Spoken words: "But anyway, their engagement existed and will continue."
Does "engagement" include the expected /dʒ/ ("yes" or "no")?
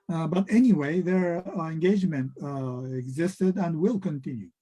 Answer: yes